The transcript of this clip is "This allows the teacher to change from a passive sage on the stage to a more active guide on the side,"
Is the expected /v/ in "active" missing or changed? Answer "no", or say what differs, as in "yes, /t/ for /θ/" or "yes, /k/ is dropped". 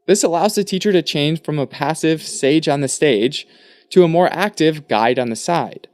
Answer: no